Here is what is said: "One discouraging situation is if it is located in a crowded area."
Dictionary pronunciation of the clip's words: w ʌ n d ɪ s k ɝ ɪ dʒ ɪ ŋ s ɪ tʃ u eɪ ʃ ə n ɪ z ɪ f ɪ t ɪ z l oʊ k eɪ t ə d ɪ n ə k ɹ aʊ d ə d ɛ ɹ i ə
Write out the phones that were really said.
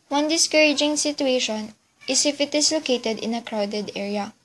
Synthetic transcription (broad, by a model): w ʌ n d ɪ s k ɝ ɪ dʒ ɪ ŋ s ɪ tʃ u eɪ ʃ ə n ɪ s ɪ f ɪ t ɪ s l oʊ k eɪ t ə d ɪ n ə k ɹ aʊ d ə d ɛ ɹ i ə